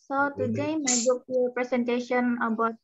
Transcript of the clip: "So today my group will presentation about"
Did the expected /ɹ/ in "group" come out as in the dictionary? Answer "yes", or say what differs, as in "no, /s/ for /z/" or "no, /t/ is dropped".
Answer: no, /ɹ/ is dropped